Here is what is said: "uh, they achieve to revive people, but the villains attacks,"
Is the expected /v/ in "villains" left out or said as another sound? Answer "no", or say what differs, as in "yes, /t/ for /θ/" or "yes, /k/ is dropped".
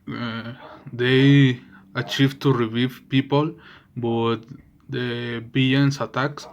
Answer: yes, /b/ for /v/